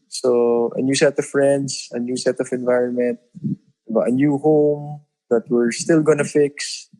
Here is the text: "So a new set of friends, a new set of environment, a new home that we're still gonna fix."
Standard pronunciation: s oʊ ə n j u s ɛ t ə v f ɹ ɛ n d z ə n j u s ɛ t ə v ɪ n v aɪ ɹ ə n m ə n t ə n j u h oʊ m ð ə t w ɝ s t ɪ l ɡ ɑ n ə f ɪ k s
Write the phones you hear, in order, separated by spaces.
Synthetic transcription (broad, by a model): s oʊ ə n j u s ɛ t ə v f ɹ ɛ n d s ə n j u s ɛ t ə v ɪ n v aɪ ɹ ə n m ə n t ə n j u h oʊ m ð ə t w ɝ s t ɪ l ɡ ɑ n ə f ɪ k s